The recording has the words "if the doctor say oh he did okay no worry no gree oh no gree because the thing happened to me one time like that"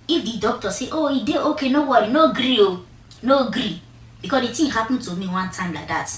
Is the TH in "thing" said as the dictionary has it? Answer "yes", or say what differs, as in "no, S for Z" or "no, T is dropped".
no, T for TH